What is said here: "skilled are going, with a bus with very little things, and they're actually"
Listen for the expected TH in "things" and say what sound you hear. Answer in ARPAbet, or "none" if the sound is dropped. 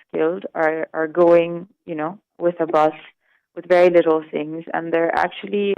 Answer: TH